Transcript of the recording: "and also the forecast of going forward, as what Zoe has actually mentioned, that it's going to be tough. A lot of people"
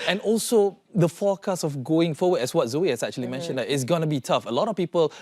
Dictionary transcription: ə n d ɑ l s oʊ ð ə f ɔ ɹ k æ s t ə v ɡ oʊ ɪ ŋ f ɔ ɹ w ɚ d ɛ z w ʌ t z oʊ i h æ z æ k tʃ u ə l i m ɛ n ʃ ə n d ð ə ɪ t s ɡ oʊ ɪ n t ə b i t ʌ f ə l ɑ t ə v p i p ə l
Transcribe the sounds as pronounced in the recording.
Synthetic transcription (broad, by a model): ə n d ɑ l s oʊ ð ə f ɔ k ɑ s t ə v ɡ oʊ ɪ ŋ f ɔ w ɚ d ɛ s w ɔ t z oʊ i h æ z æ k tʃ u ə l i m ɛ n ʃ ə n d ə ɪ t s ɡ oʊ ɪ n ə b i t ʌ f ə l ɑ t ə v p i p ə l